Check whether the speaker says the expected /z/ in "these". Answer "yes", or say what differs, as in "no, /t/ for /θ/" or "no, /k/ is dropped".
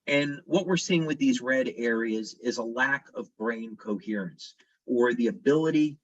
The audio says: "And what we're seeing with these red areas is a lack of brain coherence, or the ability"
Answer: yes